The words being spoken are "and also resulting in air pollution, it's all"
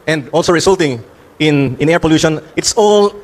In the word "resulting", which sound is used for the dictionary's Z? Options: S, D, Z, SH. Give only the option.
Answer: S